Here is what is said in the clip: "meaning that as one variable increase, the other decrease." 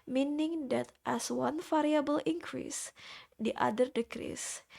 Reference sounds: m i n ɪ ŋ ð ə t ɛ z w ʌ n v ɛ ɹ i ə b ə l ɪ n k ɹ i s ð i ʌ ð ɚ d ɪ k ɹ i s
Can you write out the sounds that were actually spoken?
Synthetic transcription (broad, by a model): m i n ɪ ŋ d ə t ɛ s w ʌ n f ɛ ɹ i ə b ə l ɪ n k ɹ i s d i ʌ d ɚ d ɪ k ɹ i s